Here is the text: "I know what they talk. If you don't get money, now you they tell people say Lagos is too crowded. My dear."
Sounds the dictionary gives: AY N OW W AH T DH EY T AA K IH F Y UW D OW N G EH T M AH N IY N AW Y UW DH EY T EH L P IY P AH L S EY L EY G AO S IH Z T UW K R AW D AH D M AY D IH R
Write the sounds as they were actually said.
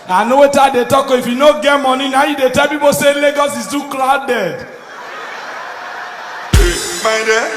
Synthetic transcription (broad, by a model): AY N OW W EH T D EY T AA K IH F Y UW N OW G EH T M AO N IY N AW Y UW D EY T EH L P IY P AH S EY L EY G AO S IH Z T UW K L AW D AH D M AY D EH